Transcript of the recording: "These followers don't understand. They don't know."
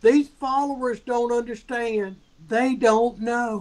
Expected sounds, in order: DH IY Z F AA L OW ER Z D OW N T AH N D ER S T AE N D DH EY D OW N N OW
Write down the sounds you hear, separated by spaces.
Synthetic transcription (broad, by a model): DH IY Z F AA L OW ER Z D OW N T AH N D ER S T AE N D DH EY D OW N N OW